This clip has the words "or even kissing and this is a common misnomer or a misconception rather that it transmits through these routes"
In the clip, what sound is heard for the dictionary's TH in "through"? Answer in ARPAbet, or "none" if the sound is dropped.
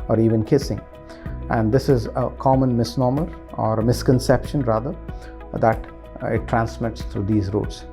T